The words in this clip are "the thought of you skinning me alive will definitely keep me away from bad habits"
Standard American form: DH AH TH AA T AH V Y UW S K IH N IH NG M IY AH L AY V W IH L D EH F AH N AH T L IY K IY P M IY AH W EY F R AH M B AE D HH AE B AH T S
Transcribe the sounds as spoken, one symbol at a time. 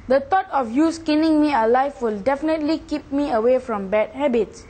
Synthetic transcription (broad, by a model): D AH T AA T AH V Y UW S K IH N IH NG M IY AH L AY F W IH L D EH F AH N AH T L IY K IY P M IY AH W EY F R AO M B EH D HH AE B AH T S